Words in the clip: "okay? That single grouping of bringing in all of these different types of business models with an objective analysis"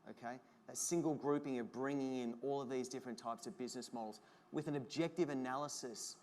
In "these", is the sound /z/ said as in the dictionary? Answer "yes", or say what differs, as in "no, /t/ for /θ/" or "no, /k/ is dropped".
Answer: yes